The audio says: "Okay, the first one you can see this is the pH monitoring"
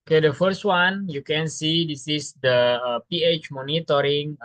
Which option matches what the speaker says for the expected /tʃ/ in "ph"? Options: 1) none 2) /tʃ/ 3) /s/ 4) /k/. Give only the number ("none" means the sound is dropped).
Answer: 2